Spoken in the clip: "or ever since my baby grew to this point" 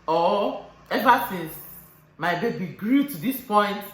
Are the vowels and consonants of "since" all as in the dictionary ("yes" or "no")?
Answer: no